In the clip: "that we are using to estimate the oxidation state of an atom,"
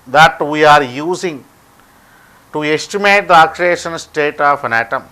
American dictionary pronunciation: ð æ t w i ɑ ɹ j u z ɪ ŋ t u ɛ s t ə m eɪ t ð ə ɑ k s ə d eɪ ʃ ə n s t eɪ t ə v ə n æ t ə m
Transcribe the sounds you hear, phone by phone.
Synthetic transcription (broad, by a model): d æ t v i ɑ ɹ j u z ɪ ŋ t u ɛ s t ə m eɪ t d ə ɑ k ə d eɪ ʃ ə n s t eɪ t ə f ə n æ t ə m